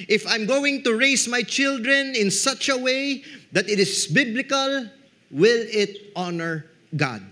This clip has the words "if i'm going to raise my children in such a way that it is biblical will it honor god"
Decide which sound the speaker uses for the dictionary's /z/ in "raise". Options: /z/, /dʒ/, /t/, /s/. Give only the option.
/s/